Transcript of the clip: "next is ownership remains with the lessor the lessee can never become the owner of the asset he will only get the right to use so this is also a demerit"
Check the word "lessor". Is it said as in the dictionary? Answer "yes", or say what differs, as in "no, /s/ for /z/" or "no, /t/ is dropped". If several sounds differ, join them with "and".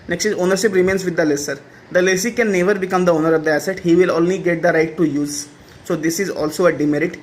yes